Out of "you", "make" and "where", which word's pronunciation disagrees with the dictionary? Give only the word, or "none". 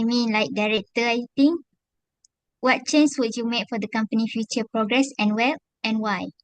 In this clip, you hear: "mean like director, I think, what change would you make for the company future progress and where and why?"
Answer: where